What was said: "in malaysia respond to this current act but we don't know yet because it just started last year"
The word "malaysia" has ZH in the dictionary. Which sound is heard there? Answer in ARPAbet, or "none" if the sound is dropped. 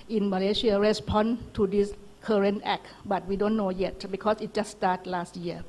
S